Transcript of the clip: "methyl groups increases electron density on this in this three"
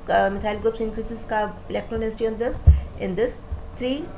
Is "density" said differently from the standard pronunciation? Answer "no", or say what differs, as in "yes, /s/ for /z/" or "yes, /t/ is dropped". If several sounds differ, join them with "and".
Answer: yes, /n/ is dropped